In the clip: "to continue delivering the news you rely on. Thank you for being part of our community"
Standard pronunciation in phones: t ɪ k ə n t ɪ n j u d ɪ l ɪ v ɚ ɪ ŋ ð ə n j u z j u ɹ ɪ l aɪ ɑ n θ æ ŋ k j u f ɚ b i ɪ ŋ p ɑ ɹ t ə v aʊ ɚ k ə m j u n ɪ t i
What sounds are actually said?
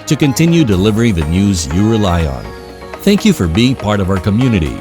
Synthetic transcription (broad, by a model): t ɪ k ə n t ɪ n j u d ɪ l ɪ v ɚ ɪ ŋ ð ə n j u z j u ɹ ɪ l aɪ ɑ n θ æ ŋ k j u f ɚ b i ɪ ŋ p ɑ ɹ t ə v aʊ ɚ k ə m j u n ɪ t i